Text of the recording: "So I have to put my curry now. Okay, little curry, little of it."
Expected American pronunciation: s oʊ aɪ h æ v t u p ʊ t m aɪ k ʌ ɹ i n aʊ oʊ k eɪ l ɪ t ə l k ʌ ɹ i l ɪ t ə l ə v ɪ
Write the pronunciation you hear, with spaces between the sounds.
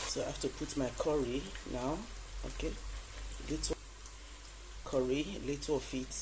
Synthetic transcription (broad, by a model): s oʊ aɪ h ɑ f t u p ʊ t m aɪ k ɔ ɹ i n aʊ oʊ k eɪ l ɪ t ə k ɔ ɹ i l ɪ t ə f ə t